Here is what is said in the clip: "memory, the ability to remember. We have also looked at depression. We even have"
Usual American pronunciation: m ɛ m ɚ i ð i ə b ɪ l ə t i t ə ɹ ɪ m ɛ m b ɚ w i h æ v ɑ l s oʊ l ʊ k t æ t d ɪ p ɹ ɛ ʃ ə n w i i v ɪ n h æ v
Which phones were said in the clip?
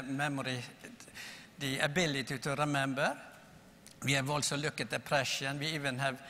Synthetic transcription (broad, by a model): m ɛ m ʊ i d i ə b ɪ l ə t i t ə ɹ ɪ m ɛ m b ɚ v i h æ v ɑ l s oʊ l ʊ k ʌ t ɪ p ɹ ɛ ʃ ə n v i i v ɪ n h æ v